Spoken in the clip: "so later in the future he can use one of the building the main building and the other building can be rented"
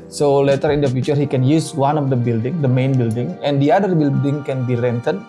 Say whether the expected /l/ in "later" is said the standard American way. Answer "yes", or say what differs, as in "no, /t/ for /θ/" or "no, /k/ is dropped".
yes